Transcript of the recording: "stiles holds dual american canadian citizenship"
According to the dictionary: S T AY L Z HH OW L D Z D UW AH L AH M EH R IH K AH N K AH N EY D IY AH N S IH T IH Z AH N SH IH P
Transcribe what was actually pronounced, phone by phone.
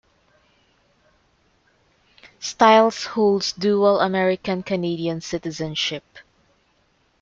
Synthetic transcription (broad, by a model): S T AY L S HH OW L D S D UW AH L AH M EH R IH K AH N K AH N EY D IY AH N S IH T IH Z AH N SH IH P